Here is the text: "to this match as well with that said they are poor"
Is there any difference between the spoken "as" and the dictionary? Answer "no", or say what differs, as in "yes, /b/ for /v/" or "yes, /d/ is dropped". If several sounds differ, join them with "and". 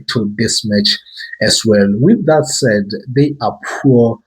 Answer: yes, /s/ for /z/